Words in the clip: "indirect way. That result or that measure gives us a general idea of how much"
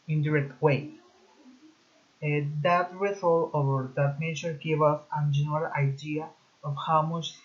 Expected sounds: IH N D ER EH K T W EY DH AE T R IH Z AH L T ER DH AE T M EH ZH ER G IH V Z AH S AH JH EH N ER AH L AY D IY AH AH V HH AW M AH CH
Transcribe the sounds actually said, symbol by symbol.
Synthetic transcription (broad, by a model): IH N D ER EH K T W EY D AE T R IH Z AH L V ER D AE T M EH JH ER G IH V AH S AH JH EH N ER AH L AY D IY AH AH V HH AW M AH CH